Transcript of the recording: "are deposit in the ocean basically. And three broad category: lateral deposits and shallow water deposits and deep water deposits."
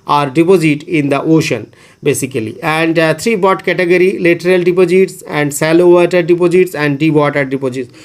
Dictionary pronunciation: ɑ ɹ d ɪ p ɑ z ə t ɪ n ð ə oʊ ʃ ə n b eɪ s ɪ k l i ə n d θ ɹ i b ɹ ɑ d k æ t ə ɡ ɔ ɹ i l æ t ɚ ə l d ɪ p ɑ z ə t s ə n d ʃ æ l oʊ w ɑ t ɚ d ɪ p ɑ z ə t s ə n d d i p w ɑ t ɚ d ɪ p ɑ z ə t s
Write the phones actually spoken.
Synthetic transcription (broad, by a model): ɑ ɹ d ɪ p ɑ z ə t ɪ n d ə oʊ ʃ ə n b eɪ s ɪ k l i ə n d t ɹ i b ɑ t k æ t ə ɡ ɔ ɹ i l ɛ t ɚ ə l d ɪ p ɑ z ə t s ə n d s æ l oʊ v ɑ t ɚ d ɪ p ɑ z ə t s ə n d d i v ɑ t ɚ d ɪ p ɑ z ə t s